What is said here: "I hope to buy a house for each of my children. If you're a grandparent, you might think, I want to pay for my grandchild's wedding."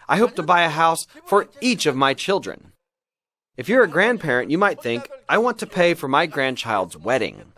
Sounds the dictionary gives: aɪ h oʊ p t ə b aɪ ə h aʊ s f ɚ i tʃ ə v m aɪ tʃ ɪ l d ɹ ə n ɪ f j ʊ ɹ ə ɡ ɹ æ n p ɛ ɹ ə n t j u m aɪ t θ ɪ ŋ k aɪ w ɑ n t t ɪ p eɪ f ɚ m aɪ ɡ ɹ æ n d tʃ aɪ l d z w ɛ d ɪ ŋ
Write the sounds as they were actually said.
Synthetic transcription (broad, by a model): aɪ h oʊ p t ə b aɪ ə h aʊ s f ɚ i tʃ ə v m aɪ tʃ ɪ l d ɹ ə n ɪ f j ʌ ɹ ə ɡ ɹ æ n p ɛ ɹ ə n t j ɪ m aɪ t θ ɪ ŋ k aɪ w ɑ n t t ɪ p eɪ f ɚ m aɪ ɡ ɹ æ n tʃ aɪ l d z w ɛ d ɪ ŋ